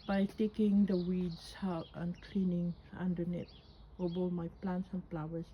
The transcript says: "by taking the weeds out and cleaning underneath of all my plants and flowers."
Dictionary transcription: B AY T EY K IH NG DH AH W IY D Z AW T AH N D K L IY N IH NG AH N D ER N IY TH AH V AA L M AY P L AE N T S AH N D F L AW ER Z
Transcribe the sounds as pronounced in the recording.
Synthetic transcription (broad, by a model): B AY T EY K IH NG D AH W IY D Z AW T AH N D K L IY N IH NG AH N D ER N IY T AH B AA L M AY P L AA N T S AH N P L AW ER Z